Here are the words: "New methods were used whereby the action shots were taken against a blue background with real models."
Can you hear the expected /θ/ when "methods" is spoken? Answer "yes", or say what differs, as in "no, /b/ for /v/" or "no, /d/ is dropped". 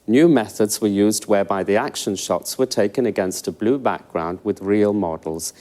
yes